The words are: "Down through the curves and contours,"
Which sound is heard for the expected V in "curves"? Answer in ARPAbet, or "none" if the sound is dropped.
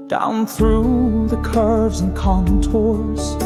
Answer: V